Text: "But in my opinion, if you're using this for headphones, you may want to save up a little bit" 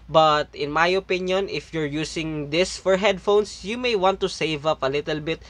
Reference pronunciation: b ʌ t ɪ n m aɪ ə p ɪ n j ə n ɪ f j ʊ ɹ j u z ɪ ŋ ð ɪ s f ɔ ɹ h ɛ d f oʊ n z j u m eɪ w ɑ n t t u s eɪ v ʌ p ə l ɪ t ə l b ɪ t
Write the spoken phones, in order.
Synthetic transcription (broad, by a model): b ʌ t ɪ n m aɪ ə p ɪ n j ə n ɪ f j ʊ ɹ j u s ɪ ŋ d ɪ s f ɔ ɹ h ɛ d f oʊ n s j u m eɪ w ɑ n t t u s eɪ v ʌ p ə l ɪ t ə l b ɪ t